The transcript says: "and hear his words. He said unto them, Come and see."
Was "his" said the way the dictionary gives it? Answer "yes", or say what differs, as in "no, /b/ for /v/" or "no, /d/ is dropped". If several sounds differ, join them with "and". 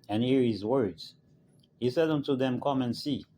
yes